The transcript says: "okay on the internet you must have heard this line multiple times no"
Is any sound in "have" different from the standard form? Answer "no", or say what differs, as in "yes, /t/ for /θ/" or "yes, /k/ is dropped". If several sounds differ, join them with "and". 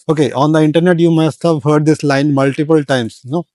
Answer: no